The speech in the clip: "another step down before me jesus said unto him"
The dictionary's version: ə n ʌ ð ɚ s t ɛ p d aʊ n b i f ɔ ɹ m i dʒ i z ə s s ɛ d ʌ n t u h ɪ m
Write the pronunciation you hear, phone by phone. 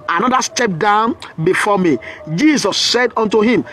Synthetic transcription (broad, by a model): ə n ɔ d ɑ s t ɛ p d aʊ n b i f ɔ m i dʒ i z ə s s ɛ d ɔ n t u h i m